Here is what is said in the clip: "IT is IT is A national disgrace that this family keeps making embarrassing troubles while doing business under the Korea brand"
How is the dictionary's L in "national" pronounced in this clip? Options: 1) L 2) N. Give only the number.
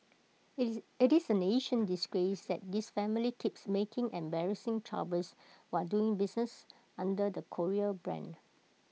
2